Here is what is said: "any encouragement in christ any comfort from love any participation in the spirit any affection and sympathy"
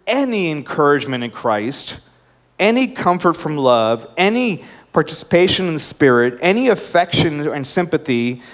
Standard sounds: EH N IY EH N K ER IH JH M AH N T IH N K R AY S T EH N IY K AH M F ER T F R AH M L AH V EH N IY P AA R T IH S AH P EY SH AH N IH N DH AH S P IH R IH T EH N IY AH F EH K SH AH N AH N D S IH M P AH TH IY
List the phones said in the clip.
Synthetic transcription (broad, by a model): EH N IY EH N K ER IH JH M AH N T IH N K R AY S T EH N IY K AH M F ER T F R AH M L AH V EH N IY P AA R T IH S AH P EY SH AH N IH N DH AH S P IH R IH T EH N IY AH F EH K SH AH N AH N S IH M P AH TH IY